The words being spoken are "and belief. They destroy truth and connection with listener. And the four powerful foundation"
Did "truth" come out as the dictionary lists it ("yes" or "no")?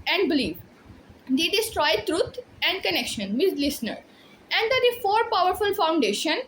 no